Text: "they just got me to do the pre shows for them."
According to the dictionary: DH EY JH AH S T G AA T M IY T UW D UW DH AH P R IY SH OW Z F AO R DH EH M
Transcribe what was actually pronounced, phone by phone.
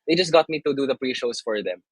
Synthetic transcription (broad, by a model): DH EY JH AH S T G AA T M IY T UW D UW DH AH P R IY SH OW S F AO R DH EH M